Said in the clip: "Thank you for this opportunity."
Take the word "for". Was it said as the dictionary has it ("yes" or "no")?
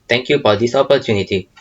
no